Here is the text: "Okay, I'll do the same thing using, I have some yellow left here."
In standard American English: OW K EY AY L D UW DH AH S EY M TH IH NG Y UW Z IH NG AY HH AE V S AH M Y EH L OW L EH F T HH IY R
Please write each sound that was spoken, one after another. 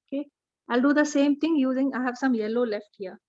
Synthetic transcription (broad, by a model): OW K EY AY L D UW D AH S EY M T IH NG Y UW Z IH NG AY HH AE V S AH M Y EH L OW L EH F T HH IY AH